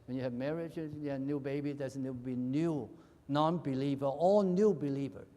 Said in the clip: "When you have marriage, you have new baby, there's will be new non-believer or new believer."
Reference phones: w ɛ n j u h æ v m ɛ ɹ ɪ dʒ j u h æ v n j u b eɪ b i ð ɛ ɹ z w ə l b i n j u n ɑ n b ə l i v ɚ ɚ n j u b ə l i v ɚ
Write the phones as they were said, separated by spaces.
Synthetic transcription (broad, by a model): w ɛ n j u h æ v m ɛ ɹ ɪ dʒ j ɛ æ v n j u b eɪ b i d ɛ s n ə w b i n j u n ɑ n b ə l i v ɚ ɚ n j u b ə l i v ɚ